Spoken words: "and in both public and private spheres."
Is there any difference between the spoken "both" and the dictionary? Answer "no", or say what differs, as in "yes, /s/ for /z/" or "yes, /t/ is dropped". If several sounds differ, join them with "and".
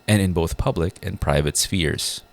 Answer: no